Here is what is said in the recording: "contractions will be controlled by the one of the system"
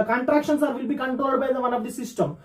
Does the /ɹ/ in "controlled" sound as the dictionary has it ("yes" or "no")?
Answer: yes